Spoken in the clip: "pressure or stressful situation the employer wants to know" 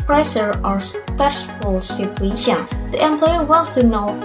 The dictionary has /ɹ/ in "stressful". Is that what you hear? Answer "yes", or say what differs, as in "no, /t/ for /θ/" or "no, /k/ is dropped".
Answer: no, /ɹ/ is dropped